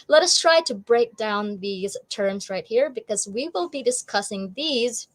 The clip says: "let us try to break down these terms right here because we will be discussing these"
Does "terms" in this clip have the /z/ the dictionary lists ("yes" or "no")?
yes